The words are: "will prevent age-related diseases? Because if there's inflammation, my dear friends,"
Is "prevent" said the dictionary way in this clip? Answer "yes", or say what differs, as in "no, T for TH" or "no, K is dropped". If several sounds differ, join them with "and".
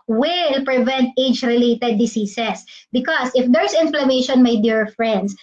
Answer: yes